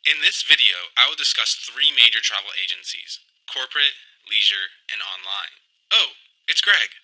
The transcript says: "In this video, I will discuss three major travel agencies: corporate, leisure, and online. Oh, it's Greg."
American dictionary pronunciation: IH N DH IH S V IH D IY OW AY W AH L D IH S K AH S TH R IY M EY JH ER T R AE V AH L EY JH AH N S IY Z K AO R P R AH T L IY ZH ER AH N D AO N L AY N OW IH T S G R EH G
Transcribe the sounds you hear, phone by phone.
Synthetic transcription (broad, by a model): IH N DH IH S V IH D IY OW AY W AH L D IH S K AH S TH R IY M EY JH ER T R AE V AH L EY JH AH N S IY Z K AO R P R AH T L IY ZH ER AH N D AO N L AY N OW IH T S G R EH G